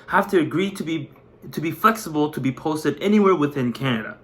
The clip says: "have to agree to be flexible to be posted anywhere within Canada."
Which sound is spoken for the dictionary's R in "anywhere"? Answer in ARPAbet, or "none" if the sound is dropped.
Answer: R